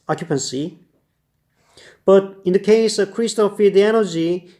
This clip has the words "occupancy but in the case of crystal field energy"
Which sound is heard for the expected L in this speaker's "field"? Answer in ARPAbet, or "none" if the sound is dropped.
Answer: none